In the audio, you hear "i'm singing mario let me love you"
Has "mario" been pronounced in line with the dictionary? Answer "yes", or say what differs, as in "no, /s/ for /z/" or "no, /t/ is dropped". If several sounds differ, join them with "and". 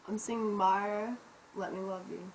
no, /ɹ/ is dropped